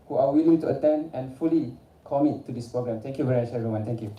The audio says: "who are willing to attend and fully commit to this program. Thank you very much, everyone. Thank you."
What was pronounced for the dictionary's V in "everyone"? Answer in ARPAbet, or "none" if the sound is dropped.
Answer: none